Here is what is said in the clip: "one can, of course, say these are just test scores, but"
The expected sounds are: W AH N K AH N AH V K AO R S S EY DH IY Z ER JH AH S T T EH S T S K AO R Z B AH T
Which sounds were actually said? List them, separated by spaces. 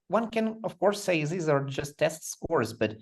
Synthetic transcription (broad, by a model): W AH N K AH N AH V K AO R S S EY DH IY Z ER JH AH S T T EH S T S K AO R Z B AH T